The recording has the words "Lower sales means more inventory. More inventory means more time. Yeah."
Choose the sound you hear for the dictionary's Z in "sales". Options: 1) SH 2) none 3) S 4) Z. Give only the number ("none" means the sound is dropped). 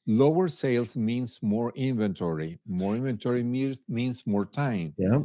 3